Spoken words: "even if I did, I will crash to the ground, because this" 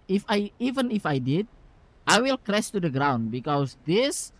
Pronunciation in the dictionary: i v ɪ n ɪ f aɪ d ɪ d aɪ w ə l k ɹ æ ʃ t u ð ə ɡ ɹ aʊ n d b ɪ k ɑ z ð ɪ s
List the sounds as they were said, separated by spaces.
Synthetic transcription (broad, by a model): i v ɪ n ɪ f aɪ d ɪ d aɪ w ə l k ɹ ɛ s t u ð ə ɡ ɹ aʊ n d b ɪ k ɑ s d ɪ s